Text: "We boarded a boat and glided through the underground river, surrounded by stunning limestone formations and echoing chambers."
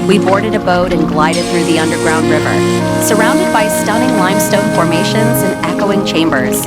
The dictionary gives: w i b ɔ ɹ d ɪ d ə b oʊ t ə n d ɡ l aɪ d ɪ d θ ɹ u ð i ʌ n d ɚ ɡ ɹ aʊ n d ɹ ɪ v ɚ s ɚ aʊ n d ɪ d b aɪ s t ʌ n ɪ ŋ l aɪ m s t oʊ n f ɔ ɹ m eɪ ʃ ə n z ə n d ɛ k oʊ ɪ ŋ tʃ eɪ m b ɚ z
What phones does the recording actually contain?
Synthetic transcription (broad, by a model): w i b ɔ ɹ d ɪ d ə b oʊ t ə n ɡ l aɪ d ɪ d θ ɹ u ð i ʌ n d ɚ ɡ ɹ aʊ n d ɹ ɪ v ɚ s ɚ aʊ n d ɪ d b aɪ s t ʌ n ɪ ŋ l aɪ m s t oʊ n f ɔ ɹ m eɪ ʃ ə n z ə n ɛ k oʊ ɪ ŋ tʃ eɪ m b ɚ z